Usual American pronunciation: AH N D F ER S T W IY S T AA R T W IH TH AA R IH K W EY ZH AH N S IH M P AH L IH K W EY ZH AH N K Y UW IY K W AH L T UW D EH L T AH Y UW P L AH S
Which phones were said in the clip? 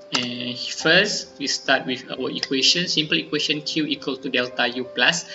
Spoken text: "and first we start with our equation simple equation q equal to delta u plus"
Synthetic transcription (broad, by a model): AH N F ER S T W IY S T AA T W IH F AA W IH K W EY SH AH N S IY M P AH L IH K W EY SH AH N K Y UW IY K W AH L T UW D EH L T AH Y UW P L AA S